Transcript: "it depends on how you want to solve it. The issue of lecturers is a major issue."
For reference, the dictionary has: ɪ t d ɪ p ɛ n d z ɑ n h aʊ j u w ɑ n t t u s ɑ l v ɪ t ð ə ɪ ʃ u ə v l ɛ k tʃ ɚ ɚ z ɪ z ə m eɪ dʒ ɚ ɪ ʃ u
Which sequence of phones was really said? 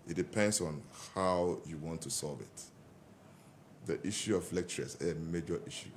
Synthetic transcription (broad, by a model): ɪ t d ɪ p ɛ n d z ɑ n h aʊ j u w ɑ n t t u s ɑ l v ɪ t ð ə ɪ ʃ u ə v l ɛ k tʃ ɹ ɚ s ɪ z ə m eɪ dʒ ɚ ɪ ʃ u